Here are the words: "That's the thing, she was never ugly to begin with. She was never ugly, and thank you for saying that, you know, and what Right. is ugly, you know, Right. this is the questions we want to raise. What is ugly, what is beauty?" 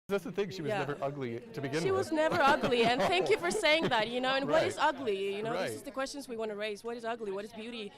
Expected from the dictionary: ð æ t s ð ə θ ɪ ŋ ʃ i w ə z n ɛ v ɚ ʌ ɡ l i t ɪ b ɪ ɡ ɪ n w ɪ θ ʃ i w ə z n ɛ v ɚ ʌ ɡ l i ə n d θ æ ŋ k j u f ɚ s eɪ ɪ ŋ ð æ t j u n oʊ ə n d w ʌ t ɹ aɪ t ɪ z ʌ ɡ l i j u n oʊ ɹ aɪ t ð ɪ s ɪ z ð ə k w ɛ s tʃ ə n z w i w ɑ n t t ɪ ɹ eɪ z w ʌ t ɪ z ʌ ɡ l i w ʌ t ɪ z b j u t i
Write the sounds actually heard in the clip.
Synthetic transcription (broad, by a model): ð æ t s ð ə θ ɪ ŋ ʃ i w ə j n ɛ v ɚ ʌ ɡ l i t ɪ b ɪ ɡ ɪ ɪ ʃ i w ə z n ɛ v ɚ ʌ ɡ l i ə n θ æ ŋ k j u f ɚ s eɪ ɪ ŋ ð æ t j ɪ n oʊ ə n w ʌ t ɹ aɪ t ɪ z ʌ ɡ l i j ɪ n oʊ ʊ ð ɪ s ɪ z ð ə k w ɛ s tʃ ə n z w i w ɑ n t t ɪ ɹ eɪ z w ʌ t ɪ z ʌ ɡ l i w ʌ t ɪ z b j u t i